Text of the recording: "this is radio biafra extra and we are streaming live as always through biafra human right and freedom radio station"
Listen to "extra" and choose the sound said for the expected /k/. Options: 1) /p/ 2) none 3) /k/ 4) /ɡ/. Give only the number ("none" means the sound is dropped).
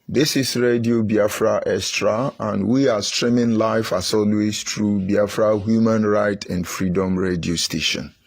2